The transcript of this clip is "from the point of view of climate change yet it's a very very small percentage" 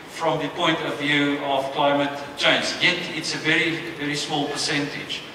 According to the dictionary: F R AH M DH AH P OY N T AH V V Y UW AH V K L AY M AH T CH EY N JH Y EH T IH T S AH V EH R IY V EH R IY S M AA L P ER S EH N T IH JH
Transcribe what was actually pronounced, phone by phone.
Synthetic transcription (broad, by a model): F R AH M DH AH P OY N T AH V V Y UW AH V K L AY M AH T CH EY N Z Y EH T IH T S AH V EH R IY V EH R IY S M AA L P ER S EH N T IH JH